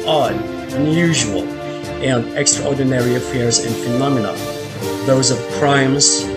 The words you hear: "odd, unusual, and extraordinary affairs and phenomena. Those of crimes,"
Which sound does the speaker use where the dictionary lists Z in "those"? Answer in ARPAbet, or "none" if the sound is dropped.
Z